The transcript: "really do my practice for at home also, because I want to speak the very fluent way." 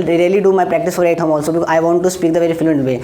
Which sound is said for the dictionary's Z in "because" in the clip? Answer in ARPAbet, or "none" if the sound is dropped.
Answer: none